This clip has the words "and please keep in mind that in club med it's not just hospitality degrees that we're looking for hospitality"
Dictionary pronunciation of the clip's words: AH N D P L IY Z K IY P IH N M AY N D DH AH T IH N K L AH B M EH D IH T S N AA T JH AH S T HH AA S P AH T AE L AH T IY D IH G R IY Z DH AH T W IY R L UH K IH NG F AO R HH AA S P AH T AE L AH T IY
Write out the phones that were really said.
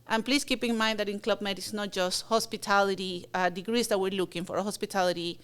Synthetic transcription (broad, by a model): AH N P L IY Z K IY P IH N M AY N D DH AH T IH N K L AH B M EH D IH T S N AA T JH AH S T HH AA S P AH T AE L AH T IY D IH G R IY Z DH AH T W IY R L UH K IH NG F AO R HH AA S P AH T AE L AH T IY